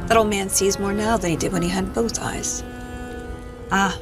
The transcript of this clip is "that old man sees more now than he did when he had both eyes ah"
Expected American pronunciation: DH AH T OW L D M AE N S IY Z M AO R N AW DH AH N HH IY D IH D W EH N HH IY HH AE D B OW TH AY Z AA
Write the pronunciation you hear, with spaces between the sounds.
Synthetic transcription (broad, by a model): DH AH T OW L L M AE N S IY Z M AO R N AW DH AH N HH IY D IH D W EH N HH IY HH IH D B OW TH AY Z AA